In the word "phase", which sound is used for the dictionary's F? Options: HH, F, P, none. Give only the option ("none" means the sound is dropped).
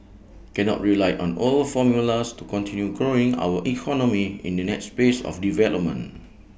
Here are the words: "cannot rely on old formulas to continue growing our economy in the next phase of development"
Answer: P